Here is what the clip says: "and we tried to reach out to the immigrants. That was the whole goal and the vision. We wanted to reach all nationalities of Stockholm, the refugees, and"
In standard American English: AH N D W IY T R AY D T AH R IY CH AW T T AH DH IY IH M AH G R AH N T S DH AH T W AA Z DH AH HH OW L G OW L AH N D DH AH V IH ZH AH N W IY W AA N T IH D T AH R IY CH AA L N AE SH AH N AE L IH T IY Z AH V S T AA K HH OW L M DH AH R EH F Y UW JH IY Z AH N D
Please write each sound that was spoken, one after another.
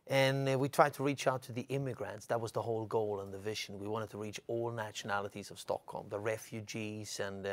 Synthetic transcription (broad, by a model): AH N W IY T R AY D T AH R IY CH AW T T AH DH IY IH M AH G R AH N T S DH AH T W AA Z DH AH HH OW L G OW L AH N DH AH V IH ZH AH N W IY W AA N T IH D T AH R IY CH AA L N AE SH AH N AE L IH T IY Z AH V S T AA K HH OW L M DH AH R EH F Y UW JH IY Z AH N